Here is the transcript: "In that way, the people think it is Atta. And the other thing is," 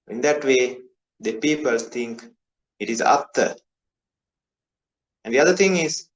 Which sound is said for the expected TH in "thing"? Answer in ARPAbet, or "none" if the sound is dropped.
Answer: T